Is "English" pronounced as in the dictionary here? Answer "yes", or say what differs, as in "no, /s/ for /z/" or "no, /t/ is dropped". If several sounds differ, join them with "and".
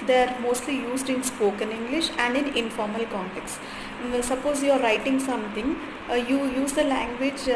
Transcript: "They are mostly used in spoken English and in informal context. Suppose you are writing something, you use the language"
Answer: yes